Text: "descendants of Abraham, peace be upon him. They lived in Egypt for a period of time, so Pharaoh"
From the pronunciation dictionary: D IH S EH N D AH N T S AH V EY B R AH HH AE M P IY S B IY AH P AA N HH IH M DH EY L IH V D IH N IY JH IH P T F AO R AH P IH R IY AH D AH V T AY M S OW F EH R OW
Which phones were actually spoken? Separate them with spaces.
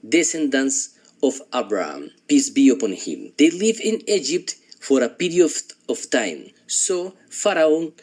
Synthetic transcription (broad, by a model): D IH S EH N D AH N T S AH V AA B R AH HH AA M P IY S B IY AH P AA N HH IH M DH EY L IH V IH N IY JH IH P T F AO R AH P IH R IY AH AH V T AY M S OW F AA R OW